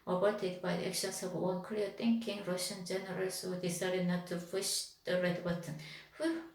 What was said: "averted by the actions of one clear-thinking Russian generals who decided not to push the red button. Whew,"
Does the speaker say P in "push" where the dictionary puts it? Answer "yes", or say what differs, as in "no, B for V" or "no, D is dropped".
no, F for P